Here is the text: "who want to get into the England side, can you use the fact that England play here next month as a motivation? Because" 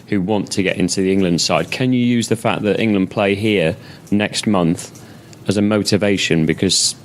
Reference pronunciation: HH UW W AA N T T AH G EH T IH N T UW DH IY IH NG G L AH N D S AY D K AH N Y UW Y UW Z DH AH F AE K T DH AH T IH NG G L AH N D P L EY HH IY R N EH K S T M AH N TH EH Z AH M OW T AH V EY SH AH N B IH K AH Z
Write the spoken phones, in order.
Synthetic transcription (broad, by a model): HH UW W AA N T T AH G EH T IH N T UW DH IY IH NG G L AH N D S AY D K AH N Y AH Y UW Z DH AH F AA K DH AH T IH NG G L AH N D P L EY HH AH R N EH K S T M AH N TH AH Z AH M OW T AH V EY SH AH N B IH K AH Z